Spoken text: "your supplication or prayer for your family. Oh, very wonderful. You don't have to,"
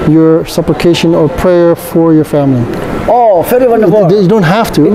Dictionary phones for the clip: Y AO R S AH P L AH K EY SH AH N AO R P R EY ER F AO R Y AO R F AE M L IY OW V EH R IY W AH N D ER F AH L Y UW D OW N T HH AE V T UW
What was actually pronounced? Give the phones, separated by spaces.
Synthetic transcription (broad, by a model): Y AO R S AH P L AH K EY SH AH N AO R P R EY ER F AO R Y AO R F AE M L IY OW F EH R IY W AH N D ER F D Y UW D OW N T HH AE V T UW